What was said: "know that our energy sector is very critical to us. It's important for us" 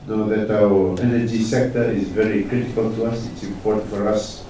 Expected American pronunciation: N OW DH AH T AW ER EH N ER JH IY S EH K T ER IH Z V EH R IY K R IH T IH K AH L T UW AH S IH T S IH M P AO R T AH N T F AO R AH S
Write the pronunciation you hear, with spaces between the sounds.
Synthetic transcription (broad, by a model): N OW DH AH T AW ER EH N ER JH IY S EH K T ER IH Z V EH R IY K R IH T IH K AH L T UW AH S IH T S IH M P AO R T AH N T F AO R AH S